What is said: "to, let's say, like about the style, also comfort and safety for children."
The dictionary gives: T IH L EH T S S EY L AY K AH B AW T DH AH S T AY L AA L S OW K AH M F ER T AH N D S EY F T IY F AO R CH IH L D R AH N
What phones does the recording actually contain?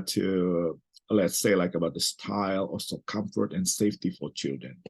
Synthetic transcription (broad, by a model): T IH L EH T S S EY L AY K AH B AW T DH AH S T AY L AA S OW K AH M F ER T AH N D S EY F T IY F AO R CH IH L D R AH N